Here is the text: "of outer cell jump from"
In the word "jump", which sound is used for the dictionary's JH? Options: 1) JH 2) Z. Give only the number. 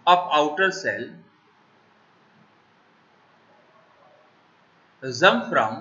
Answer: 2